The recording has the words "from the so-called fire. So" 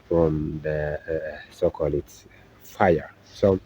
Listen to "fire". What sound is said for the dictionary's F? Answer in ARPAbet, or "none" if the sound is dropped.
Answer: F